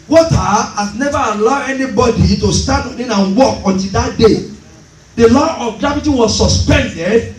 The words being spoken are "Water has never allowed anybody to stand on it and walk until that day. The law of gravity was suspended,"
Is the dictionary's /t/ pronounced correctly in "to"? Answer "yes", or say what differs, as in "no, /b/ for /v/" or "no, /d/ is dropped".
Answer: yes